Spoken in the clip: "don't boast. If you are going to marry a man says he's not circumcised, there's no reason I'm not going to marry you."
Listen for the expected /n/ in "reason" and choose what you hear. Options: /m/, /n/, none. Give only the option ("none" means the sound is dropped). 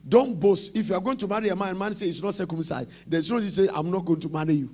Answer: none